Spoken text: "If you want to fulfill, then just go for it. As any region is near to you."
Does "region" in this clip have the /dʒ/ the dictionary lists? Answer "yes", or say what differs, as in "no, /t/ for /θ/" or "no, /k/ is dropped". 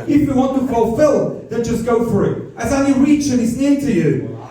no, /tʃ/ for /dʒ/